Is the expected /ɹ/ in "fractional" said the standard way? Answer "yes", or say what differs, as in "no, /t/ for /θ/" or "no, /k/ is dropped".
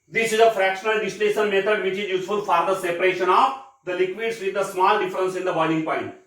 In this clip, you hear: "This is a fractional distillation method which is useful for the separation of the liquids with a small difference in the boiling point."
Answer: yes